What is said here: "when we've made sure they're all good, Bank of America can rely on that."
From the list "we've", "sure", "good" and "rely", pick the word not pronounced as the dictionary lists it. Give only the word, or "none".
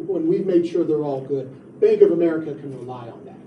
none